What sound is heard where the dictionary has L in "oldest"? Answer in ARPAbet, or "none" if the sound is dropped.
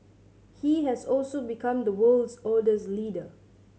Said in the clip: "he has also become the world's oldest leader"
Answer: none